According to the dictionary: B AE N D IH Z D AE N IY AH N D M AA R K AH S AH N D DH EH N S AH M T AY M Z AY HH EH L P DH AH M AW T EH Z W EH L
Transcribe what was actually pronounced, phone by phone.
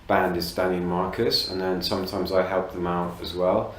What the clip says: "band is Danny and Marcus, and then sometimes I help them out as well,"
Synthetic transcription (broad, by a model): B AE N D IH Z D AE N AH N M AA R K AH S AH N DH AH N S AH M T AY M Z AY HH EH L P DH AH M AW T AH Z W EH L